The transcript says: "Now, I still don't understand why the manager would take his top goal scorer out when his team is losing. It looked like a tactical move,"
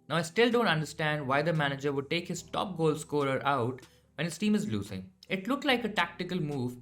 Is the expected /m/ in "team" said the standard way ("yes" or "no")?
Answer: yes